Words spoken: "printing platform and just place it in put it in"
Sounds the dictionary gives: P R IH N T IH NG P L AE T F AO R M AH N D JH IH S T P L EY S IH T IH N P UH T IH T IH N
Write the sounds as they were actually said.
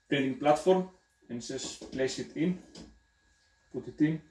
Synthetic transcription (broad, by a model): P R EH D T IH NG P L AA T F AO R M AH N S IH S P L EY S IH T IH N P UH T IH T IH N